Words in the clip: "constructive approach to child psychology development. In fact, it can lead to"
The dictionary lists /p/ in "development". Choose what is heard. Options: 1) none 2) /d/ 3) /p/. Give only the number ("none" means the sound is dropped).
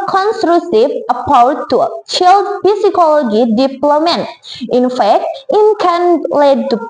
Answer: 1